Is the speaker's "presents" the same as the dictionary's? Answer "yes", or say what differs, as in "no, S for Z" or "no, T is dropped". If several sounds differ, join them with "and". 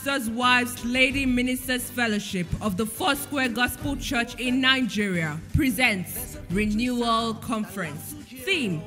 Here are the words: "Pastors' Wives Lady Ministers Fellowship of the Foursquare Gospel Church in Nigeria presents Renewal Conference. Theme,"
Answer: yes